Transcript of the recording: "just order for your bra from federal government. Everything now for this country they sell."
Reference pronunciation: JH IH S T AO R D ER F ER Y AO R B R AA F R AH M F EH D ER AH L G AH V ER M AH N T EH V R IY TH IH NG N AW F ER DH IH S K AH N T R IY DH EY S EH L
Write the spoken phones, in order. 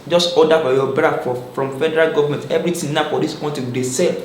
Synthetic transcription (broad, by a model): JH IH S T AO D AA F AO Y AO B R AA F R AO M F EH D ER AH L G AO V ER M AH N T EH V R IY T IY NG N AW F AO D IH S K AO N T IY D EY S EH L